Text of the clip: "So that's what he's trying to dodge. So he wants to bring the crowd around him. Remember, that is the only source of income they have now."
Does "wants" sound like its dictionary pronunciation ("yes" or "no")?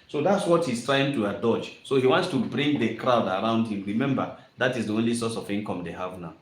yes